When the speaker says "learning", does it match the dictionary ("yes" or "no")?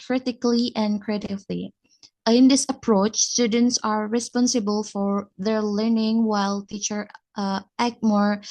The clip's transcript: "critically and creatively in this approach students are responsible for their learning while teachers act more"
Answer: yes